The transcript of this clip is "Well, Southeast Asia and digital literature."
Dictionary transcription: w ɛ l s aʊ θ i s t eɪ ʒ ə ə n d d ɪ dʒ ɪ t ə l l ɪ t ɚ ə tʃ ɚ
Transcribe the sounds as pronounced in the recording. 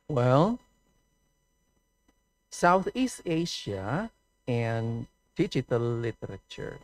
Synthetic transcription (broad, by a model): w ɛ l s aʊ θ i s t eɪ ʃ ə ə n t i tʃ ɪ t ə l l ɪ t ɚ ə tʃ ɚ